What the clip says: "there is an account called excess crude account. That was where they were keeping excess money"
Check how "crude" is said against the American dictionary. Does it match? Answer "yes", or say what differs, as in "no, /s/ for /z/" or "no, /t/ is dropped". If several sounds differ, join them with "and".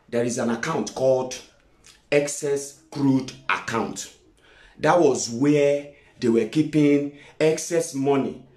yes